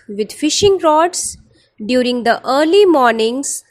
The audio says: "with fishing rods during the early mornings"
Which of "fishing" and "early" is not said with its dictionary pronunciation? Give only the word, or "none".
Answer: none